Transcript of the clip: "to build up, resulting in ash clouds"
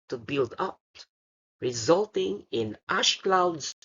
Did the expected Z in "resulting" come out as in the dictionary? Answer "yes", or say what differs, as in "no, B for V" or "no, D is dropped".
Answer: yes